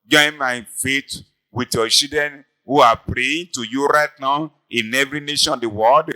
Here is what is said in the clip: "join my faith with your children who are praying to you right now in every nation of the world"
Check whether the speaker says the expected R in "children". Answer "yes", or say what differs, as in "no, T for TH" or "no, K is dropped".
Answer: no, R is dropped